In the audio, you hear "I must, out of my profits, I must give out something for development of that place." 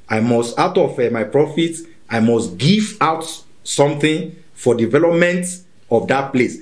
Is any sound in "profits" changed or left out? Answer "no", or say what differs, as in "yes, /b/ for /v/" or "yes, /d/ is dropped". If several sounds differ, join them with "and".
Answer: yes, /s/ is dropped